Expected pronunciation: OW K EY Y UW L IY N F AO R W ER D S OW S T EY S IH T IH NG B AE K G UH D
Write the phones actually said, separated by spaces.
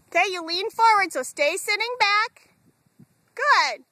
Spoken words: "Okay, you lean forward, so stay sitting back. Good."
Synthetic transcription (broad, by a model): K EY Y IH L IY N F AO R W ER D S OW S T EY S IH T IH NG B AE K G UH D